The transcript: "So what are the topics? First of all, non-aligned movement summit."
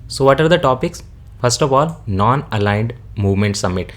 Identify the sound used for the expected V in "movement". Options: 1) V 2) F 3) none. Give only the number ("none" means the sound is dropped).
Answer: 1